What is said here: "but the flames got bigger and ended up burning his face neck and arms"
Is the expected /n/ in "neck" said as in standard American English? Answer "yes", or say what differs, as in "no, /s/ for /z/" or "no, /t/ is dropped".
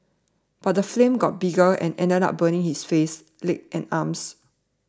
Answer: no, /l/ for /n/